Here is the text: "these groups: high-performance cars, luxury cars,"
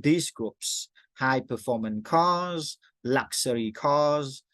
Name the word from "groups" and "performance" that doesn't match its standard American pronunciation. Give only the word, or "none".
performance